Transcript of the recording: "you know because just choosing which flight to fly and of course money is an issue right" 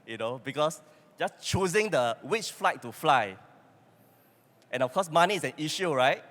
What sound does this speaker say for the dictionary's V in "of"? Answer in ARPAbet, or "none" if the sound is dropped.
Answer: F